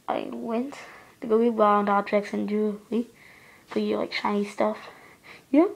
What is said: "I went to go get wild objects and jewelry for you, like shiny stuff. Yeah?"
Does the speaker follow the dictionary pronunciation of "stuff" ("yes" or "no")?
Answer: yes